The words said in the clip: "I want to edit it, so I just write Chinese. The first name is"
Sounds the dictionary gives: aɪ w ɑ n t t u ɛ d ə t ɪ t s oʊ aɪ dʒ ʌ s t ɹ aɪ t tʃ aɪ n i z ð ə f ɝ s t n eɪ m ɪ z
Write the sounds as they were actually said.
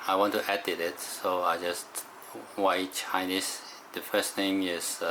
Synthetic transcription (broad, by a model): aɪ w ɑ n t t u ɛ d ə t ɪ t s oʊ aɪ dʒ ʌ s t w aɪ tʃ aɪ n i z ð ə f ɝ s t n eɪ m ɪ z